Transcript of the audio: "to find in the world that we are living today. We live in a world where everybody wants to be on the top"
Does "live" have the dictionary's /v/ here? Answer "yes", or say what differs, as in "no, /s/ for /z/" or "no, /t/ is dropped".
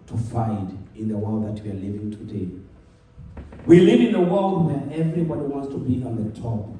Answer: yes